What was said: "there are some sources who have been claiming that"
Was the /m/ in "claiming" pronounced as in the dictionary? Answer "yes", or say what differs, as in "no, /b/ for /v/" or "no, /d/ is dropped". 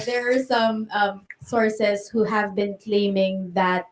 yes